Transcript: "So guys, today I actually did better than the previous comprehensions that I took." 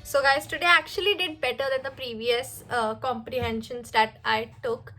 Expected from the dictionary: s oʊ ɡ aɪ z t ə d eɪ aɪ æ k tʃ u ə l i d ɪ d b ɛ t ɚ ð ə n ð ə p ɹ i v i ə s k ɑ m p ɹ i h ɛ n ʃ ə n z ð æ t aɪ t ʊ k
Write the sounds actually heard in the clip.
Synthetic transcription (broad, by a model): s oʊ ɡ aɪ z t ə d eɪ æ k tʃ u ə l i d ɪ d b ɛ t ɚ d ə n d ə p ɹ i v i ə s k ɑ m p ɹ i h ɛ n ʃ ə n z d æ t aɪ t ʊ k